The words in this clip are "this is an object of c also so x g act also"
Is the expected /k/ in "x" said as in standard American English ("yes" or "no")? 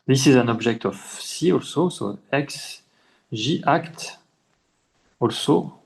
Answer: yes